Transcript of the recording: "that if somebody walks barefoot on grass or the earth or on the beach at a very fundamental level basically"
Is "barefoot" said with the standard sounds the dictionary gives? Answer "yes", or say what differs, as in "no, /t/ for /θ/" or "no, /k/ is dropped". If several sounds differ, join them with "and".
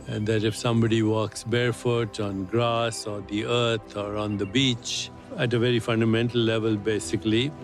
yes